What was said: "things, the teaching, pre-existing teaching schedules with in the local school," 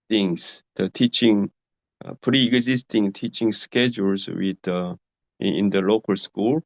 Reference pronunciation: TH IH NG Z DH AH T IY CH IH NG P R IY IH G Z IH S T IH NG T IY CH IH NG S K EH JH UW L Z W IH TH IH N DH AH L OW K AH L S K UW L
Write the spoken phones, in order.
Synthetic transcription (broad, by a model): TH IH NG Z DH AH T IY CH IH NG P R IY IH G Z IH S T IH NG T IY CH IH NG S K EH JH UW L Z W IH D IH N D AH L OW K AH L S K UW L